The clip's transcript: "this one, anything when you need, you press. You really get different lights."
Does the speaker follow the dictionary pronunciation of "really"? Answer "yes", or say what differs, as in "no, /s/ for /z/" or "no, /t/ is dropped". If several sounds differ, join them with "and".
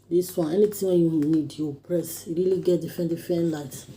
yes